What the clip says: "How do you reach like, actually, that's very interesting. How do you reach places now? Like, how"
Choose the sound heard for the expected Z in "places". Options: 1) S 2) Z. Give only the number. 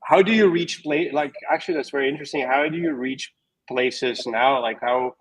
2